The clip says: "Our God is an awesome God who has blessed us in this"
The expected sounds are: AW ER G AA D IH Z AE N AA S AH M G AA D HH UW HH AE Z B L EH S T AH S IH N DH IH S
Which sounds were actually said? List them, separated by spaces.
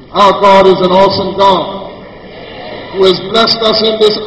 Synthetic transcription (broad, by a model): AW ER G AA D IH Z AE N AA S AH M G AA D HH UW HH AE Z B L EH S T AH S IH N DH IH S